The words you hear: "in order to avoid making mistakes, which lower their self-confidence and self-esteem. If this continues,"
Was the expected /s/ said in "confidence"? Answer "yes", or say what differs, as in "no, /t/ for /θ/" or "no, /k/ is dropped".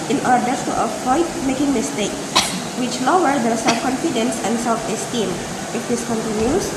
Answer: yes